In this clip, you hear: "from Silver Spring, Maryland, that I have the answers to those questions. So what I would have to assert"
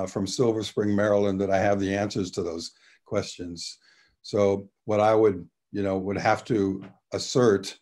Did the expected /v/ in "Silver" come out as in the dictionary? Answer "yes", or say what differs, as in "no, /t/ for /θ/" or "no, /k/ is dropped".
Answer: yes